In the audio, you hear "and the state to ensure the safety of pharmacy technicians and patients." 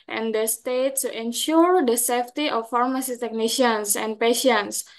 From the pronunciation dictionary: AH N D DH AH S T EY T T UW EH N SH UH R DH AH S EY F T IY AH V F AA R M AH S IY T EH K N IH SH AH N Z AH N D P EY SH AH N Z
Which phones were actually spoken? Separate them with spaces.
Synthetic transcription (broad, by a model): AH N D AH S T EY T S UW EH N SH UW R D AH S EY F T IY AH F AA R M AH S IY T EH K N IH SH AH N S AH N P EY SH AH N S